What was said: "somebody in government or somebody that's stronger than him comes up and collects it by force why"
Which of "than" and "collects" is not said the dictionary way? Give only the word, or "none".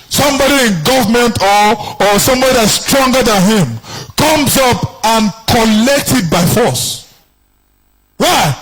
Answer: collects